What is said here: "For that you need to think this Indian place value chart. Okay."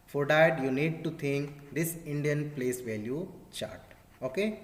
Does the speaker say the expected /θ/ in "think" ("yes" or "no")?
no